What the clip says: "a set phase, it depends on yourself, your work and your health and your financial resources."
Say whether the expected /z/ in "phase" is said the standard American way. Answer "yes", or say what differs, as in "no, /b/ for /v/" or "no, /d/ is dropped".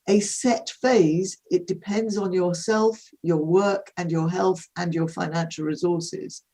yes